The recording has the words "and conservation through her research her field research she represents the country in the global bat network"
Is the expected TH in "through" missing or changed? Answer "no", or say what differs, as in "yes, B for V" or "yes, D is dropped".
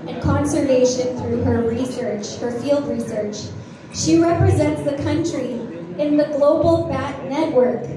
no